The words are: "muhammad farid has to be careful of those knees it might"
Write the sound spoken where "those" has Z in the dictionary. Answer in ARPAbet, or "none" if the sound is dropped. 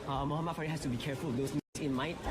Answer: S